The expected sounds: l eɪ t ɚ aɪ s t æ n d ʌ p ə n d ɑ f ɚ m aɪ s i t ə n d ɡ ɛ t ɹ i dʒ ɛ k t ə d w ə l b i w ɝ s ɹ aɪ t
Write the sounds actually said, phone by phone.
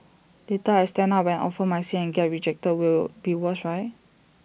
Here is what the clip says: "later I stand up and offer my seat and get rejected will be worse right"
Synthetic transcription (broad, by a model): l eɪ t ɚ aɪ s t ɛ n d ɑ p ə n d ɑ f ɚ m aɪ s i ə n ɡ ɛ t ɹ i dʒ ɛ k t ə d w ə l b i w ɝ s ɹ aɪ t